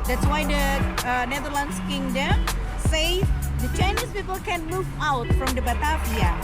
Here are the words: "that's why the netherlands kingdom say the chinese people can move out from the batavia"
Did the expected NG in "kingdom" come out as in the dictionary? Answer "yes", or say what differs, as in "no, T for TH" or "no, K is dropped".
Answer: yes